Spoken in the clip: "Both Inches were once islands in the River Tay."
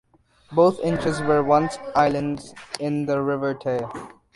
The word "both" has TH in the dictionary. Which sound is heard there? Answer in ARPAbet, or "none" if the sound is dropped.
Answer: T